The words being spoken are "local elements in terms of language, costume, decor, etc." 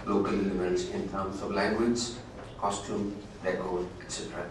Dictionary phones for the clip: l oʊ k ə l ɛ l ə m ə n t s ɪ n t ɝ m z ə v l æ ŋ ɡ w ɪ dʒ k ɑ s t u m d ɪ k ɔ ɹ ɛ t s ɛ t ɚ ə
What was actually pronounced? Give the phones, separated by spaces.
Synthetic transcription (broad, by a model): l oʊ k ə l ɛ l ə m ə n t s ɪ n t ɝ m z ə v l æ ŋ ɡ w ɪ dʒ k ɑ s t u m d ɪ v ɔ l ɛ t s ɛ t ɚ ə